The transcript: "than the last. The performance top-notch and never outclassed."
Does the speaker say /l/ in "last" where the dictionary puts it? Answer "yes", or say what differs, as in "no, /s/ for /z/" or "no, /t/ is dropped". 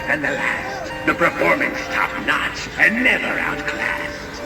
yes